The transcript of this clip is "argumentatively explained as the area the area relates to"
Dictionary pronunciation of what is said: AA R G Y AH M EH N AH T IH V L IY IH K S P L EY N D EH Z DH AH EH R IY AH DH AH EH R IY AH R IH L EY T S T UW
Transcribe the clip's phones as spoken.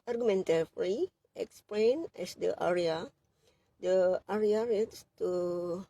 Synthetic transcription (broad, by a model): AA R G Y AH M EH N T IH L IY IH K S P L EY N EH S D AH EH R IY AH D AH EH R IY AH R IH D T S T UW